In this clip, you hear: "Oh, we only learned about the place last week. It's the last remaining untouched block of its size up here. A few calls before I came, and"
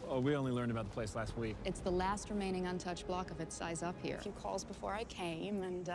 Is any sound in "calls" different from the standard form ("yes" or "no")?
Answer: no